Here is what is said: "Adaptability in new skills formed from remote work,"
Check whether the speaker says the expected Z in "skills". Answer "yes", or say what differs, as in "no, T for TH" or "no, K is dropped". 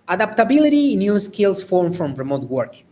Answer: no, S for Z